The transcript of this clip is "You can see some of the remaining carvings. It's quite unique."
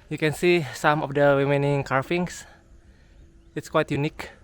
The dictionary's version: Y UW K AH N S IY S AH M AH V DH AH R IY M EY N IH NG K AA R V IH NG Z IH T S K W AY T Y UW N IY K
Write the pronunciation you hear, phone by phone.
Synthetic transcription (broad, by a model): Y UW K AH N S IY S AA M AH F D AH W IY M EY N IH NG K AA R F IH NG S IH T S K W AY T Y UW N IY K